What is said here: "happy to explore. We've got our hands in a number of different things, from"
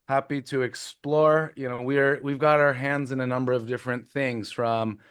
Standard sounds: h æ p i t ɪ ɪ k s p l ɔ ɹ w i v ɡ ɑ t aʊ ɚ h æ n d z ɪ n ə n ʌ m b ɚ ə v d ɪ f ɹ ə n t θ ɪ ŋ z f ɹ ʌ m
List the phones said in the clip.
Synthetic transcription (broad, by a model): h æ p i t ɪ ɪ k s p l ɔ ɹ w i v ɡ ɑ t aʊ ɚ h æ n d z ɪ n ə n ʌ m b ɚ ə v d ɪ f ɹ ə n θ ɪ ŋ z f ɹ ʌ m